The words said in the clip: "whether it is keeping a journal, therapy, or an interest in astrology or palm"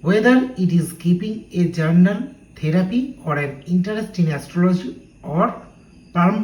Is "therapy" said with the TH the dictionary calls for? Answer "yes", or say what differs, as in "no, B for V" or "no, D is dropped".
no, T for TH